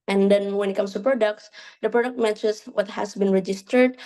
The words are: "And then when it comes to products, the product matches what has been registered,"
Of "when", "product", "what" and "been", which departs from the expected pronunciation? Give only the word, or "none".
none